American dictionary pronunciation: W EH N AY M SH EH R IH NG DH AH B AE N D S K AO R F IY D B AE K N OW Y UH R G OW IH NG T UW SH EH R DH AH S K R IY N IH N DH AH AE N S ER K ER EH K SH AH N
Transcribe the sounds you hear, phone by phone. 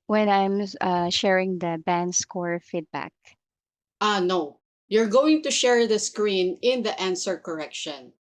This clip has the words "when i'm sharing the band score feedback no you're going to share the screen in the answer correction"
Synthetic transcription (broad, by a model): W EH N AY M SH EH R IH NG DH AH B AE N D S K AO R F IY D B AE K N OW Y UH R G OW IH NG T UW SH EH R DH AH S K R IY N IH N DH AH AE N S ER K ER EH K SH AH N